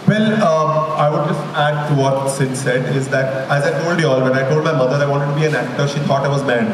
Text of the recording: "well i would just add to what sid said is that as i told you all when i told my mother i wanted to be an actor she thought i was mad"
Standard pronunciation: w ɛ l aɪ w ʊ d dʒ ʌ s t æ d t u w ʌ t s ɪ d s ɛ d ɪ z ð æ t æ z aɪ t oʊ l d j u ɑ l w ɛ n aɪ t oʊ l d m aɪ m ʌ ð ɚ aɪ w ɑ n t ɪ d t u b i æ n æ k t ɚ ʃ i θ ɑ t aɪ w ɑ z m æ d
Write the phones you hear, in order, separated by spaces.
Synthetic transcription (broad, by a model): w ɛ l aɪ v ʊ d dʒ ʌ s t æ d t u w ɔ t s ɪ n s ɛ d ɪ z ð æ t æ z aɪ t oʊ l d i ɑ l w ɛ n aɪ t oʊ l d m aɪ m ʌ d ɚ aɪ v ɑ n t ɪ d t u b i æ n æ k t ɚ ʃ i t ɑ t aɪ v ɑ z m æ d